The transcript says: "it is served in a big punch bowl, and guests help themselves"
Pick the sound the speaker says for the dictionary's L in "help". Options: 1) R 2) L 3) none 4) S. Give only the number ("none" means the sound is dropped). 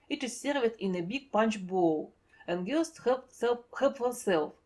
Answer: 3